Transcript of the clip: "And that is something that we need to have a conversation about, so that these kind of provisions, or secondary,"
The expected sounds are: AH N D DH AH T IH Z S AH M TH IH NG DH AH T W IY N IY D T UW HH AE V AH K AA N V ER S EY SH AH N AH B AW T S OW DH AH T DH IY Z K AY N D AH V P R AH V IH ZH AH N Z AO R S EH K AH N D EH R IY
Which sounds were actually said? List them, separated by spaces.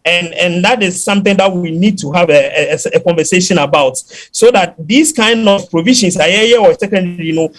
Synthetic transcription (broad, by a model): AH N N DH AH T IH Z S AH M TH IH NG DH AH T W IY N IY D T UW HH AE V AH K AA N V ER S EY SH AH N AH B AW T S OW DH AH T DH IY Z K AY N D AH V P R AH V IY SH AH N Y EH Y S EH K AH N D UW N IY